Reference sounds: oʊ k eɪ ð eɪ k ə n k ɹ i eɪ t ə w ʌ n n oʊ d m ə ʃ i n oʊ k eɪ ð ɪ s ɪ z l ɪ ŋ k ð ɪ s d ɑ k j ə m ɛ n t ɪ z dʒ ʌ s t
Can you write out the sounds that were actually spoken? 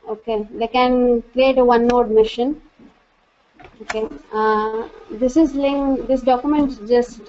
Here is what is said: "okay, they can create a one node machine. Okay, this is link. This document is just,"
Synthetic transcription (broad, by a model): oʊ k eɪ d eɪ k ə n k ɹ i eɪ t ə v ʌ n n oʊ d m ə ʃ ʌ n oʊ k eɪ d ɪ s ɪ z l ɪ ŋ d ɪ s d ɑ k j ə m ɛ n t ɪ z dʒ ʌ s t